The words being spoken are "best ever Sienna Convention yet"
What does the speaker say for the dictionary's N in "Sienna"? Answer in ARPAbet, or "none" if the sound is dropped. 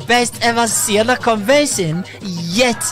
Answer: L